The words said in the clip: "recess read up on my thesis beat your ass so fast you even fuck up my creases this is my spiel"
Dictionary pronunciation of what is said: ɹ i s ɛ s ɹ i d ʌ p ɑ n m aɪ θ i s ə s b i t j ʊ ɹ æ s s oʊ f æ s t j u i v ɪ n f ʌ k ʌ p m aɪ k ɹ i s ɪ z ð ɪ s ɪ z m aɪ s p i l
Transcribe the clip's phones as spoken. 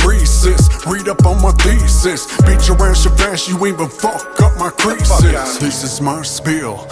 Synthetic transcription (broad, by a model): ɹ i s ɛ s ɹ i d ʌ p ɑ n m aɪ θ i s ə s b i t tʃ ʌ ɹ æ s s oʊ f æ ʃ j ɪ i ɪ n f ʌ k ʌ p m aɪ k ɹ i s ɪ s ð ɪ s ɪ z m aɪ s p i l